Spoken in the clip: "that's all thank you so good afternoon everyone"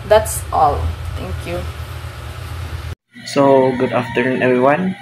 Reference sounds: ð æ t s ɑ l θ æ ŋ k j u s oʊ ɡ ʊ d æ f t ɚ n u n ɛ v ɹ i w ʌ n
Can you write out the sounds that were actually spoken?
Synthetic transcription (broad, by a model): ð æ t s ɑ l t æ ŋ k j u s oʊ ɡ ʊ d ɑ f t ɚ n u n ɛ v ɹ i w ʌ n